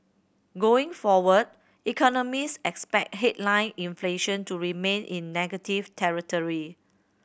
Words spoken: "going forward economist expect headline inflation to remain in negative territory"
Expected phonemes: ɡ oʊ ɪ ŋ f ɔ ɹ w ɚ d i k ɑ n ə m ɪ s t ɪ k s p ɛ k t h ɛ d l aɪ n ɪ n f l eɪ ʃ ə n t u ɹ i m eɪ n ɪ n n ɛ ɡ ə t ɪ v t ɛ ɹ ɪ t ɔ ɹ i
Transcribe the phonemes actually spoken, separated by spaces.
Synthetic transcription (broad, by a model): ɡ oʊ ɪ ŋ f ɔ w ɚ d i k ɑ n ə m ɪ s ɪ k s p ɛ k t h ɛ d l aɪ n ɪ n f l eɪ ʃ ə n t u ɹ i m eɪ n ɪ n n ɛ ɡ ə t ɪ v t ɛ ɹ ɪ t ɔ ɹ i